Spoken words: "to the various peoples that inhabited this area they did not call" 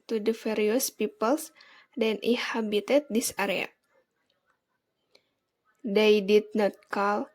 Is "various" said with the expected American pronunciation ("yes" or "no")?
no